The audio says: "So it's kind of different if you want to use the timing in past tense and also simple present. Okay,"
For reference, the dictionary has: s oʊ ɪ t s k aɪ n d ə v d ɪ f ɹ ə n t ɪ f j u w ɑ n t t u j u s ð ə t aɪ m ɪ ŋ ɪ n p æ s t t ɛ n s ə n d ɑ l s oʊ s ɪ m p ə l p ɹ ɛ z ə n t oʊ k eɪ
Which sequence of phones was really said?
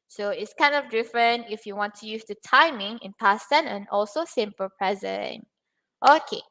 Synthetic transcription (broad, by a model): s oʊ ɪ t s k aɪ n d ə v d ɪ f ɹ ə n t ɪ f j u w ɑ n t t u j u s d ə t aɪ m ɪ ŋ ɪ n p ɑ s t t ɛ n ə n ɑ l s oʊ s ɪ m p ə l p ɹ ɛ z ə n t oʊ k eɪ